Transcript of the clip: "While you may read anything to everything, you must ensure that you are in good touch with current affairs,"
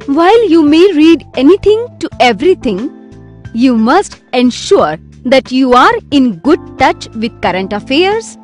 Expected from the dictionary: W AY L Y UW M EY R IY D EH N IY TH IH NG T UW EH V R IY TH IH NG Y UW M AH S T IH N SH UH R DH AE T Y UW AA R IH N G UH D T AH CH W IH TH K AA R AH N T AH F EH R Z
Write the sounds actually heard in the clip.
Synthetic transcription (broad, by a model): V AY L Y UW M EY R IY D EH N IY T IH NG T UW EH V R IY T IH NG Y UW M AH S T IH N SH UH R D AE T Y UW AA R IH N G UH D T AH CH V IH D K AA R AH N T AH F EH R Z